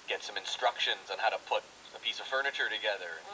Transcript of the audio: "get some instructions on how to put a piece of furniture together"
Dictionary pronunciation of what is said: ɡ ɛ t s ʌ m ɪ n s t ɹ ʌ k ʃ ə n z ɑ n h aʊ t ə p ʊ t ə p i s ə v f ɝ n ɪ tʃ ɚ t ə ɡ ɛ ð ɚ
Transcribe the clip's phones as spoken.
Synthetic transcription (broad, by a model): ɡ ɛ t s ʌ m ɪ n s t ɹ ʌ k ʃ ə n z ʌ n h aʊ t ə p ʊ t ə p i s ə v f ɝ n ɪ tʃ ɚ t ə ɡ ɛ ð ɚ